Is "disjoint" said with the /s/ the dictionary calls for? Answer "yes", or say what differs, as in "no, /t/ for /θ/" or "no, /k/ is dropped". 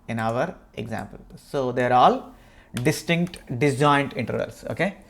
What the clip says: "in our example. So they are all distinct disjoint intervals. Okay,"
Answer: no, /s/ is dropped